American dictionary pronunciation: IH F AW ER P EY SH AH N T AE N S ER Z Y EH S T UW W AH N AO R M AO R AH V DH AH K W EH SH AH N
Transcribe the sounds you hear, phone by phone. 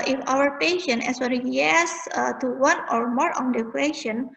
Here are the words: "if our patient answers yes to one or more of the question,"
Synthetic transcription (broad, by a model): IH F AW ER P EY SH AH N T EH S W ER Y EH S T UW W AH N AO R M AO R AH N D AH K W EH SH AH N